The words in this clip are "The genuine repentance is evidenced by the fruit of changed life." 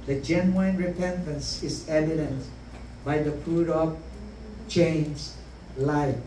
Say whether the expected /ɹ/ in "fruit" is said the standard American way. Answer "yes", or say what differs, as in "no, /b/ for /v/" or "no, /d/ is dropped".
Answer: no, /ɹ/ is dropped